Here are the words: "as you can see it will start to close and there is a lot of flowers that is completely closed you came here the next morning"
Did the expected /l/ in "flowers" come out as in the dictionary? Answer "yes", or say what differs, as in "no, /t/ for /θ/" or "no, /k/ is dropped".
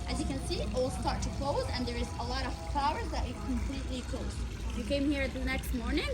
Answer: no, /l/ is dropped